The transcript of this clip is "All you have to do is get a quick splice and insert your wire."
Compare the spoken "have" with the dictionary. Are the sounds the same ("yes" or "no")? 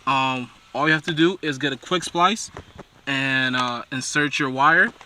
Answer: no